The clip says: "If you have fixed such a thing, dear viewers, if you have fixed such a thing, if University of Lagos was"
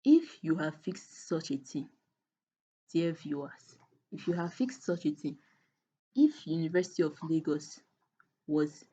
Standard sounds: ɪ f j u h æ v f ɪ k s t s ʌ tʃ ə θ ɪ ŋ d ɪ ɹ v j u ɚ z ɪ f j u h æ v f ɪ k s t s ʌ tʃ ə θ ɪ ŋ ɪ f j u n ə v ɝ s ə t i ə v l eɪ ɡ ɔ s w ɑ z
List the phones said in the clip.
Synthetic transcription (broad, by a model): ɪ f j u h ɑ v f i k s t s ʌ tʃ ə t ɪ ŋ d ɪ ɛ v j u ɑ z ɪ f j u h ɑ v f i k s t s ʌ tʃ ə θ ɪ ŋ ɪ f j u n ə v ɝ s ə t i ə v l eɪ ɡ ɔ s w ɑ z